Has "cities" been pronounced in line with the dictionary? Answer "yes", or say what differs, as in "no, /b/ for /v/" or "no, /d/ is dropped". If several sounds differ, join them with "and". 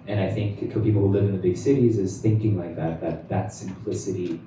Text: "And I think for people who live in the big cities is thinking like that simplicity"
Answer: yes